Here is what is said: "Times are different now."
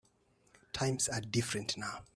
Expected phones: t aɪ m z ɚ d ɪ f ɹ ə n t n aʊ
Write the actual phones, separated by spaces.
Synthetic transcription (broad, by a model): t aɪ m s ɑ d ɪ f ɹ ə n t n aʊ